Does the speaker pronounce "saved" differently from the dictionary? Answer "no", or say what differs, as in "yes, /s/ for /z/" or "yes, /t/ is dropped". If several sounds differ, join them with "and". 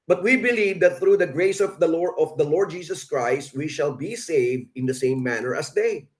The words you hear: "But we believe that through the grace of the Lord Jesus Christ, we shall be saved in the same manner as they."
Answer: no